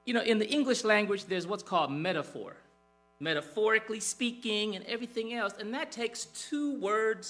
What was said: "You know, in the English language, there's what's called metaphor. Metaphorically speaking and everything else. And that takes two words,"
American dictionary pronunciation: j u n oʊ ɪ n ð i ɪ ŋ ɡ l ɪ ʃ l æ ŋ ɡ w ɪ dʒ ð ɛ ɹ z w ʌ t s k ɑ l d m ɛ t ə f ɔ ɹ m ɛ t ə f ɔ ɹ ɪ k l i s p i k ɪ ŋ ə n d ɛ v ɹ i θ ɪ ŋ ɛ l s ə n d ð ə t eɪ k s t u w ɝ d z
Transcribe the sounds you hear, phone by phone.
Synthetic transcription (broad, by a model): j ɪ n oʊ ɪ n ð i ɪ ŋ ɡ l ɪ ʃ l æ ŋ ɡ w ɪ dʒ ð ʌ ɹ z w ʌ t s k ɑ l d m ɛ t ə f ɔ ɹ m ɛ t ə f ɔ ɹ ɪ k l i s p i k ɪ ŋ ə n ɛ v ɹ i θ ɪ ŋ ɛ l s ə n ð ə t eɪ k s t u w ɝ d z